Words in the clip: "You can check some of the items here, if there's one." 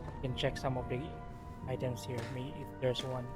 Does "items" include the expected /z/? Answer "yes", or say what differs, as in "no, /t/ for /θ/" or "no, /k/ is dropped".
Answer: no, /s/ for /z/